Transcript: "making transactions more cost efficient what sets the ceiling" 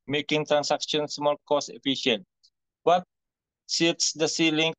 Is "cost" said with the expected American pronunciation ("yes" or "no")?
no